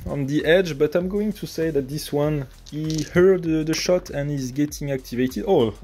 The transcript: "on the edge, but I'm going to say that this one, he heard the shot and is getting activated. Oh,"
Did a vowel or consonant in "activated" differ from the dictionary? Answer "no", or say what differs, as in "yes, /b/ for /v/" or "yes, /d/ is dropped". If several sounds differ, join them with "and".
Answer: no